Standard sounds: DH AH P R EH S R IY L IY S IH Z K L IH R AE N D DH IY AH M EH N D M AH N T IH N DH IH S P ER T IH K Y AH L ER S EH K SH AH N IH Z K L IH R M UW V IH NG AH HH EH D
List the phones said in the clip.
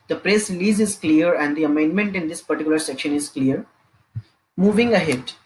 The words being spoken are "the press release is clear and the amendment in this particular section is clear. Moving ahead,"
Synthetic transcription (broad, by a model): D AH P R EH S R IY L IY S IH Z K L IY R AE N D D IY AH M EH N D M AH N T IH N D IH S P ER T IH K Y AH L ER S EH K SH AH N IH Z K L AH R M UW V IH NG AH HH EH D